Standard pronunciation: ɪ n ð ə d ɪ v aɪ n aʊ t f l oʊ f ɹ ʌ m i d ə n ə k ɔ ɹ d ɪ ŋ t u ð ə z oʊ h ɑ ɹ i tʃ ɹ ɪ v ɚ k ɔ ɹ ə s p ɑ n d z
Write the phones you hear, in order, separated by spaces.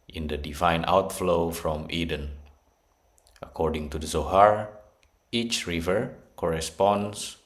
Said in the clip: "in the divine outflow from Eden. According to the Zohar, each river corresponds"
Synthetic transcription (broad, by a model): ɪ n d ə d ɪ v aɪ n aʊ t f l oʊ f ɹ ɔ m i d ə n ə k ɔ ɹ d ɪ ŋ t u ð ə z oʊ h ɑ ɹ i tʃ ɹ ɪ v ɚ k ɔ ɹ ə s p ɑ n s